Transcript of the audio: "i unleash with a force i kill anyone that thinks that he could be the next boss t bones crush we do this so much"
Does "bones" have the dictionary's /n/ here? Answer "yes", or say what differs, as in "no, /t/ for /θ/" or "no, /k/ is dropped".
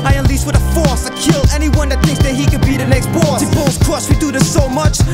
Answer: no, /l/ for /n/